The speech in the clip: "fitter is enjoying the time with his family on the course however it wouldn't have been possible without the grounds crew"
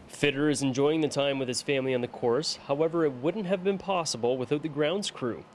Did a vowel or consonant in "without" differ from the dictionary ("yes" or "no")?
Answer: no